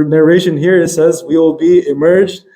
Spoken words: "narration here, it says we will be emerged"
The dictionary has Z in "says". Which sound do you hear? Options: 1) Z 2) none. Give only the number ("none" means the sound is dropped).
1